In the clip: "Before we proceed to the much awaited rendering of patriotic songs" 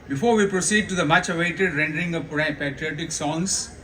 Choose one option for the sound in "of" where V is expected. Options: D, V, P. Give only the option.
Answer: P